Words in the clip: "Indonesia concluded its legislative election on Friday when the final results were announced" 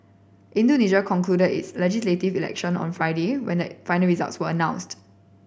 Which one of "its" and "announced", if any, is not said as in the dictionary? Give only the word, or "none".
none